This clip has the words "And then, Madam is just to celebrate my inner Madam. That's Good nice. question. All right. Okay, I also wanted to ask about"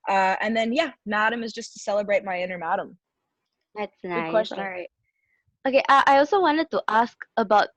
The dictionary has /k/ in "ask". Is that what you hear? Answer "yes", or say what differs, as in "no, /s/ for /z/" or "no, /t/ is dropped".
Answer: yes